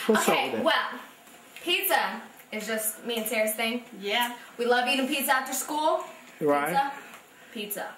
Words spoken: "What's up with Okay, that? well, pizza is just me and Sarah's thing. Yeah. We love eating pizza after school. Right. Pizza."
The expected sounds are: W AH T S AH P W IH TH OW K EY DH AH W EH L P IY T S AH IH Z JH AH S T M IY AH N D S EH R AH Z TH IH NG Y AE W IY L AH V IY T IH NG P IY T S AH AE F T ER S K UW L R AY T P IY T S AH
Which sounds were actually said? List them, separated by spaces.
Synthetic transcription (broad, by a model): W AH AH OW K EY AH W EH L P IY T S AH IH Z JH AH S T M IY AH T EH R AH S TH IH NG Y AE W IY L AH V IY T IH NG P IY T S AH AE F T ER S K UW L R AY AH P IY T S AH